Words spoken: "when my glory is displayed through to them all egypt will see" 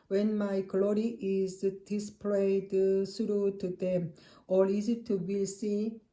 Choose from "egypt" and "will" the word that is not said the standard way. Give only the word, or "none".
egypt